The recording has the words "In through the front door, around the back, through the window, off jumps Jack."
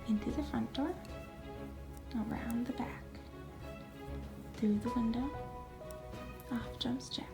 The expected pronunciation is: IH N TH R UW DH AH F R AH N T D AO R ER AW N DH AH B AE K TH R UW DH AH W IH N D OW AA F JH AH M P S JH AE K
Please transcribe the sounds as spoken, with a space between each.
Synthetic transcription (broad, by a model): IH N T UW DH AH F R AH N D AO R ER AW N DH AH B AE K TH R UW DH AH W IH N D OW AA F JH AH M S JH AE